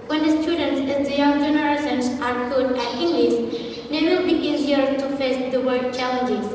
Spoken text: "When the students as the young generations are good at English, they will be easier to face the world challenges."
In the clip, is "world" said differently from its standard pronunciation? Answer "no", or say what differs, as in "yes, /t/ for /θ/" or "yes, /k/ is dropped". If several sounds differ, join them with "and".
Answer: yes, /l/ is dropped